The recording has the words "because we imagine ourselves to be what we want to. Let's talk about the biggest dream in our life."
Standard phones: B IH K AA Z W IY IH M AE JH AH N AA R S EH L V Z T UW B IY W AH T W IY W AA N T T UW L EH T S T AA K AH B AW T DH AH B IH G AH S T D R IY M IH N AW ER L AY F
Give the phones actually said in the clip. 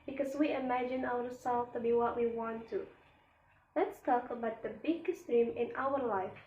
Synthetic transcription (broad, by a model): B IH K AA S W IY IH M AE JH AH N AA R S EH L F T UW B IY W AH T W IY W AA N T T UW L EH T S T AA K AH B AW T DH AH B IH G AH S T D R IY M IH N AW ER L AY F